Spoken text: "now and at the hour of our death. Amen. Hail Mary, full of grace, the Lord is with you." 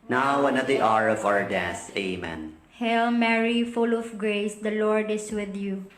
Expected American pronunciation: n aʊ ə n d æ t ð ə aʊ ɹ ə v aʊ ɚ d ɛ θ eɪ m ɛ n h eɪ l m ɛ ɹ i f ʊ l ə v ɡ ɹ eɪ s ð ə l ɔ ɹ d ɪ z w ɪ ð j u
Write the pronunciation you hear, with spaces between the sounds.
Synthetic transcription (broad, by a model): n aʊ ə n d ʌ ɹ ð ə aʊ ɹ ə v aʊ ɚ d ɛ s eɪ m ɛ n h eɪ l m ɛ ɹ i f ʊ l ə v ɡ ɹ eɪ s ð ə l ɔ ɹ d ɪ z w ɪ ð j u